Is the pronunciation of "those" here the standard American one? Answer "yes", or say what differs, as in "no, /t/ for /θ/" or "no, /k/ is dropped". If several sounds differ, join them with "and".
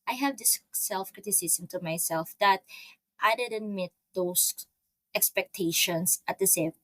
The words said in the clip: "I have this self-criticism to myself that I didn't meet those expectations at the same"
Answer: no, /s/ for /z/